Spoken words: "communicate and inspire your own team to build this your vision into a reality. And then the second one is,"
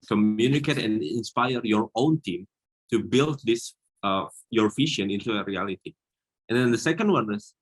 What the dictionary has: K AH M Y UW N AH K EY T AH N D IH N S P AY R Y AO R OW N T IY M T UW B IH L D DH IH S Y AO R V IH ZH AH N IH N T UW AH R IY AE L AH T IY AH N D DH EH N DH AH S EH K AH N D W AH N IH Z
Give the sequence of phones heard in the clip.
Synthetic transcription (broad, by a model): K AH M Y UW N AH K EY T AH N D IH N S P AY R Y AO R OW N T IY M T UW B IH L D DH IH S Y AO R F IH SH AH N IH N T UW AH R IY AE L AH T IY AH N D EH N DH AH S EH K AH N D W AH N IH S